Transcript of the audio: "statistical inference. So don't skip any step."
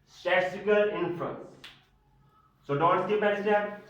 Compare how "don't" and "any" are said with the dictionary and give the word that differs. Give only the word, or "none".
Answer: any